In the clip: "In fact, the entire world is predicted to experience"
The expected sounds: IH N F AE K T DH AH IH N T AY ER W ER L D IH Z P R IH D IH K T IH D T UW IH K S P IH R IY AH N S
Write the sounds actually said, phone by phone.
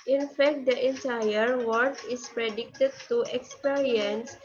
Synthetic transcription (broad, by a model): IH N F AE K T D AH IH N T AY ER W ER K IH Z P R IH D IH K T IH D T UW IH K S P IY R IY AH N S